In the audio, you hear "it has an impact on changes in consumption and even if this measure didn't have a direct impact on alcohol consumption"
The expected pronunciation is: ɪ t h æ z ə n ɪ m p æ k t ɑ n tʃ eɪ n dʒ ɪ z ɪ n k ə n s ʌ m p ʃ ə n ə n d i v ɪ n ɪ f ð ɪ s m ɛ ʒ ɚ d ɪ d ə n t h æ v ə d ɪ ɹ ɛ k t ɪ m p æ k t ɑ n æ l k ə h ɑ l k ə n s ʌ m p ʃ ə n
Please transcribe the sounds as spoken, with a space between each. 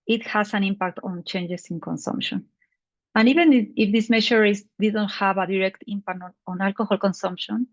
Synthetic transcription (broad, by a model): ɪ t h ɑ s ə n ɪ m p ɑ k t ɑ n tʃ eɪ n dʒ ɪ s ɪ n k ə n s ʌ m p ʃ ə n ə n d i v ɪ n ɪ f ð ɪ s m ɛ ʃ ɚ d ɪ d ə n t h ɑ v ə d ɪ ɹ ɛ k t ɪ m p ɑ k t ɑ n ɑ l k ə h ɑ l k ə n s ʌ m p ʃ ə n